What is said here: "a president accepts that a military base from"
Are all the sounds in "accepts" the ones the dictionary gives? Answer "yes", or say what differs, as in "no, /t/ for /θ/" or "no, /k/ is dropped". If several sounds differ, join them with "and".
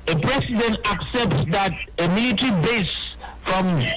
yes